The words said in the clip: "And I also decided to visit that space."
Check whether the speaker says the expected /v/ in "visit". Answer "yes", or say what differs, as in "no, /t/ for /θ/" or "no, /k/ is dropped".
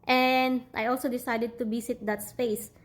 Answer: no, /b/ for /v/